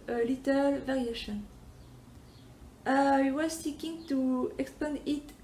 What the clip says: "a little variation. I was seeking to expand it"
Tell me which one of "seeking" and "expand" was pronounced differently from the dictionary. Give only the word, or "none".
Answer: expand